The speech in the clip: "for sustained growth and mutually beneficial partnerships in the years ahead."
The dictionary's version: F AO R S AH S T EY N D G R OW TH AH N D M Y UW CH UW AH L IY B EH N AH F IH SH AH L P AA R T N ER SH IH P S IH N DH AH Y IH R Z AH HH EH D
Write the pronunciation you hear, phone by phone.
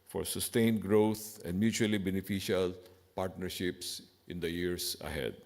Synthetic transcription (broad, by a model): F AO R S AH S T EY N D G R OW T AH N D M Y UW CH UW AH L IY B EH N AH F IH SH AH L P AA R T N ER SH IH P S IH N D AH Y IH R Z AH HH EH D